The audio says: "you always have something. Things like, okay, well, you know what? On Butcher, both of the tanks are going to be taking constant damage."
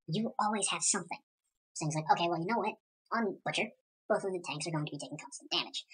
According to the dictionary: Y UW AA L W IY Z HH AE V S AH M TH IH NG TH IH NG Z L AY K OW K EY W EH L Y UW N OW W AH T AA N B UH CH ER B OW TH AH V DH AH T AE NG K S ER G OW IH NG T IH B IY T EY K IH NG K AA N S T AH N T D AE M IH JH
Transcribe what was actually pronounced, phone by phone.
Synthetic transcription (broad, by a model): Y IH AA L W IY Z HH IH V S AH M TH IH NG S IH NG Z L AY K OW K EY W EH L Y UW N OW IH T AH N B UH CH ER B OW TH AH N DH AH T AE NG K S ER G OW IH NG T IH B IY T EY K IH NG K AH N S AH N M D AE M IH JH